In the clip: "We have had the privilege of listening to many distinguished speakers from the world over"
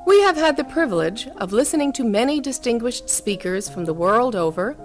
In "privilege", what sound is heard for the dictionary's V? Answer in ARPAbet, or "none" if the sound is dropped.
V